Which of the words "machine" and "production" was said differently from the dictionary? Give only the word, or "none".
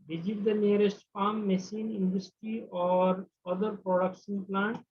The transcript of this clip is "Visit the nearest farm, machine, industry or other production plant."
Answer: machine